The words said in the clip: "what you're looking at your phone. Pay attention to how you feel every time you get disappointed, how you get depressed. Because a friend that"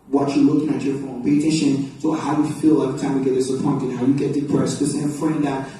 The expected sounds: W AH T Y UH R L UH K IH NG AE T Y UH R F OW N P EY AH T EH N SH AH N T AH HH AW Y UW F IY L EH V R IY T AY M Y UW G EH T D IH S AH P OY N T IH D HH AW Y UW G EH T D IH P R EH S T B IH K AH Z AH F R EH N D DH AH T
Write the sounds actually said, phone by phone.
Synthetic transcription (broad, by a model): W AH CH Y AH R L UH K IH NG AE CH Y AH R F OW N P EY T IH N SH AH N S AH HH AW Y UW F IY L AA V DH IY T AY M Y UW G EH T D IH S AH P OY N T IH D HH AW Y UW G EH T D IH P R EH S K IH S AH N AH F R EH N D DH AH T